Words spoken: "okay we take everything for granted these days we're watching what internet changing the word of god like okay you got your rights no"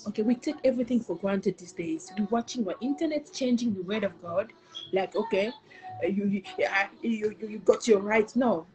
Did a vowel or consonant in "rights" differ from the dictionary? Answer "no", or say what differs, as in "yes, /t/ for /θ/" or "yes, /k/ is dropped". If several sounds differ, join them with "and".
yes, /s/ is dropped